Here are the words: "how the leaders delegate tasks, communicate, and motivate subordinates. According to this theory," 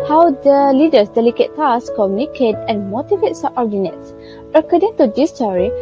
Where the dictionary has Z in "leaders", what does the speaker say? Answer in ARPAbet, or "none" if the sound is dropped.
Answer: S